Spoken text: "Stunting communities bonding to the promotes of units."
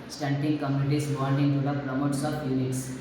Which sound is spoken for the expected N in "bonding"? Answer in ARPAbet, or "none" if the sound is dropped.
L